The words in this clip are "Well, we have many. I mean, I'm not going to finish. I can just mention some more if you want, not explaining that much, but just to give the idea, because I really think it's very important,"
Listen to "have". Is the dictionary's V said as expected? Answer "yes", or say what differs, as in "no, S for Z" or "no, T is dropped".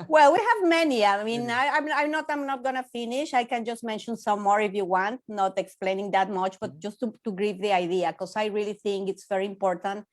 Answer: yes